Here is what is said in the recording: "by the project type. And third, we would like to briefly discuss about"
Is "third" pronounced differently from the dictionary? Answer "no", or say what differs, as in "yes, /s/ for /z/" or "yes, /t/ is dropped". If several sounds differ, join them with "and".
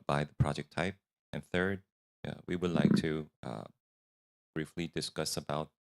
no